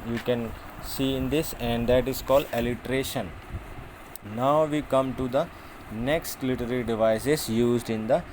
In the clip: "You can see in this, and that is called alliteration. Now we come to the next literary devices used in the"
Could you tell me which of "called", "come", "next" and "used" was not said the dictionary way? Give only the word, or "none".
none